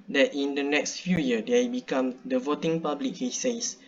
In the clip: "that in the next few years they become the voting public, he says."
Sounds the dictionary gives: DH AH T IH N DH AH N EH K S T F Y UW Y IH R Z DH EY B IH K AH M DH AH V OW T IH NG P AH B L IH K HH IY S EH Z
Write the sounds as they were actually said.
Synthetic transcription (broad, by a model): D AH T IH N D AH N EH K S T F Y UW Y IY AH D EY B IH K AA M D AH V OW T IH NG P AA B L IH K HH IY S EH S